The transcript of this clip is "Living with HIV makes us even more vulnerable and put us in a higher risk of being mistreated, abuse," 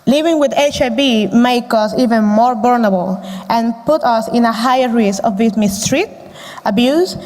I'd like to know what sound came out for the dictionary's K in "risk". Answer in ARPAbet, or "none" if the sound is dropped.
none